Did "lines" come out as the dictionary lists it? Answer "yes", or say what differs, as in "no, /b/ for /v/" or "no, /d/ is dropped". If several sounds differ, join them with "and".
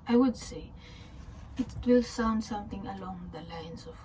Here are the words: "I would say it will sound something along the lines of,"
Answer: no, /s/ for /z/